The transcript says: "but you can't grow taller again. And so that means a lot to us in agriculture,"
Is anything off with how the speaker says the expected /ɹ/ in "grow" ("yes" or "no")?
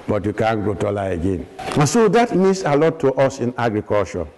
yes